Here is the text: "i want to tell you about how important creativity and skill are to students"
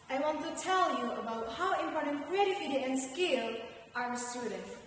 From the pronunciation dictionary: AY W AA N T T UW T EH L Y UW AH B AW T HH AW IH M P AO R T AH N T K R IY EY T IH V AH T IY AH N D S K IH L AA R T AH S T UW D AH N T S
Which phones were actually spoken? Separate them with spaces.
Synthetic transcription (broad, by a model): AY W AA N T T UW T EH L Y UW AH B AW T HH AW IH M P AO R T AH N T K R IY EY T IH F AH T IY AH N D S K IH L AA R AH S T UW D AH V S